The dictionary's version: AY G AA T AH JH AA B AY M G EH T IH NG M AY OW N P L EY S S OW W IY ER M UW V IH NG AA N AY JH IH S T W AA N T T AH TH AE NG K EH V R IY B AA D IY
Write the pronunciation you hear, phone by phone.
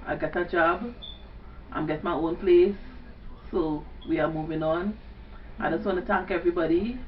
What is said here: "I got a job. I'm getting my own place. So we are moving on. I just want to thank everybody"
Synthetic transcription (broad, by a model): AY G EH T AH JH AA B AY M G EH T M AY OW N P L EY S S OW W IY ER M UW V IH NG AA N AY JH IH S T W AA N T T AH T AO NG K EH V R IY B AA D IY